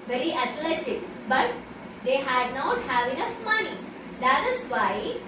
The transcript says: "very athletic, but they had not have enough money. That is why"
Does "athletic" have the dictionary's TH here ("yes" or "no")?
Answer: no